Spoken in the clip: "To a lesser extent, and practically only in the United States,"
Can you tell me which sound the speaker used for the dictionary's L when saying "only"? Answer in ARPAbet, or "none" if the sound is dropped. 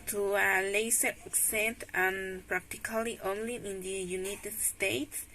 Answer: L